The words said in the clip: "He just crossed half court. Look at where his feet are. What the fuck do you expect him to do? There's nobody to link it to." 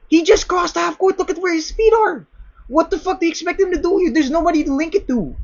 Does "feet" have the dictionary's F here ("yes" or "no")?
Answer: no